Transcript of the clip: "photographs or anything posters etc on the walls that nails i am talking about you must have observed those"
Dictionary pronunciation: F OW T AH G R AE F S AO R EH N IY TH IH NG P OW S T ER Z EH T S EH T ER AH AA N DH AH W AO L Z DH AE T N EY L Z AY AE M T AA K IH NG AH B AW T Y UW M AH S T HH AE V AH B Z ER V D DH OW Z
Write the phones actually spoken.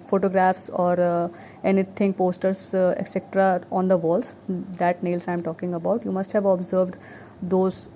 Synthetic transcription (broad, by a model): F OW T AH G R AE F S AO R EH N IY T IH NG P OW S T ER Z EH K S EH T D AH AA N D AH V AO L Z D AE T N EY L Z AY M T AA K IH NG AH B AW T Y UW M AH S T HH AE V AH B Z ER V D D OW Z